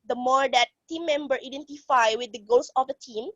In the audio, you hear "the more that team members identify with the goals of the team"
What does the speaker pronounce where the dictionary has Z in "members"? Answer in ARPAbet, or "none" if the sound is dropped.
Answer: none